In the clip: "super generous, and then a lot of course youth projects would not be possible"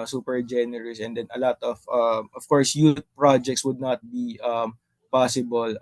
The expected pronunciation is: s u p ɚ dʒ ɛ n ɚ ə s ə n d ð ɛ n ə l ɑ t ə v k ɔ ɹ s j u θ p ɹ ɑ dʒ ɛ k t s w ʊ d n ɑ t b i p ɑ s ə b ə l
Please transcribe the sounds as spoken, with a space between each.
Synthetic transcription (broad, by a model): s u p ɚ dʒ ɛ n ɚ ə s ə n d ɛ n ə l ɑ t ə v k ɔ ɹ s j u t p ɹ ɑ dʒ ɛ k t s w ʊ d n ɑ t b i p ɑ s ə b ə l